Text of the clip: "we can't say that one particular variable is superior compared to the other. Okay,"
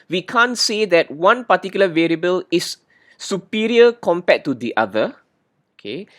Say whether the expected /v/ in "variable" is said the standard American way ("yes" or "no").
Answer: yes